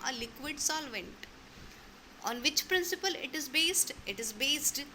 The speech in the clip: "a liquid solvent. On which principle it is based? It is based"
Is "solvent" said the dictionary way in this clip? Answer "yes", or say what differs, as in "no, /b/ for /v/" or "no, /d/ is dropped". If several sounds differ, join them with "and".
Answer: yes